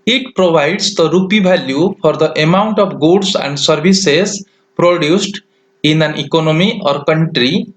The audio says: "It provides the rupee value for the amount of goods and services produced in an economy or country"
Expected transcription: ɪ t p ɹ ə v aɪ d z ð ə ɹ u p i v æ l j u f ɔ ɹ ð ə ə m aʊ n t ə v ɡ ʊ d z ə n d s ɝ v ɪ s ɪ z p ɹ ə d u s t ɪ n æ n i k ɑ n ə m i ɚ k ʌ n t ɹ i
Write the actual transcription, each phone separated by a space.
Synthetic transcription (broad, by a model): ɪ t p ɹ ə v aɪ d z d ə ɹ u p i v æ l j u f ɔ ɹ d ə ə m aʊ n t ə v ɡ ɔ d s ə n d s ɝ b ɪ s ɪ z p ɹ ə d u s t ɪ n æ n i k ɑ n ə m i ɚ k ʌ n t ɹ i